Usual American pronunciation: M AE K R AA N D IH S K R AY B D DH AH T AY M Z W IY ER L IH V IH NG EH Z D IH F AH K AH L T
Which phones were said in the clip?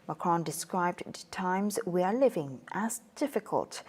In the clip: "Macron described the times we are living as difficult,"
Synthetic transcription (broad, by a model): M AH K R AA N D IH S K R AY B D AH T AY M Z W IY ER L IH V IH NG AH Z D IH F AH K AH L T